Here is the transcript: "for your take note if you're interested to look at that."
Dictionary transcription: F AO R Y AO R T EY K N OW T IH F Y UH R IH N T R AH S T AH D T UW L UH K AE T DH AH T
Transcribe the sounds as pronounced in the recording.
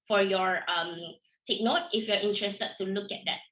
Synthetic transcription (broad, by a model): F AO R Y AO R S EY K N OW T IH F Y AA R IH N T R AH S T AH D T UW L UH K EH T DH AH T